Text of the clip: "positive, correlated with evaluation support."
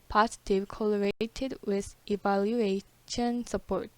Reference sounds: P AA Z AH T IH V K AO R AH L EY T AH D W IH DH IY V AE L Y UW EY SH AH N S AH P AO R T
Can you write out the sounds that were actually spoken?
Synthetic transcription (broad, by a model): P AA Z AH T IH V K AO L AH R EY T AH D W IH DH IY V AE L Y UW EY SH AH N S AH P AO R T